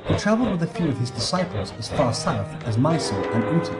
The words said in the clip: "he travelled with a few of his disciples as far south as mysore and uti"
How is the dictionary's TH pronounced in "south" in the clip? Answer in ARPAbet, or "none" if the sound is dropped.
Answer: TH